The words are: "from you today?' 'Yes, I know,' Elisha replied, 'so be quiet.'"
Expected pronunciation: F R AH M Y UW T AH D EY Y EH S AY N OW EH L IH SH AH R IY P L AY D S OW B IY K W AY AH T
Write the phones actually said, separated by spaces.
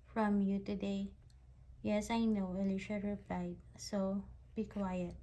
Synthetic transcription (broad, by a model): F R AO M Y UW T AH D EY Y EH S AY N OW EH L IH SH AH R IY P L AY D S OW B IY K W AY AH T